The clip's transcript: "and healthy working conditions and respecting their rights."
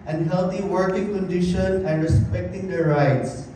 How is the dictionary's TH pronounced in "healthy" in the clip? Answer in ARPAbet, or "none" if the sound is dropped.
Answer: T